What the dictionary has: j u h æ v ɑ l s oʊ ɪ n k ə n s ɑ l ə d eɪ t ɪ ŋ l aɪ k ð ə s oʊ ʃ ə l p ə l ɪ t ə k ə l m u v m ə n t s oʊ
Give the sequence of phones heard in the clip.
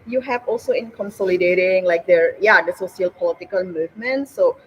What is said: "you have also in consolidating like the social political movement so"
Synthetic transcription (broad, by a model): j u h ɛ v ɑ l s oʊ ɪ n k ə n s ɑ l ə d eɪ t ɪ ŋ l aɪ k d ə s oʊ s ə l p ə l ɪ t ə k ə l m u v m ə n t s oʊ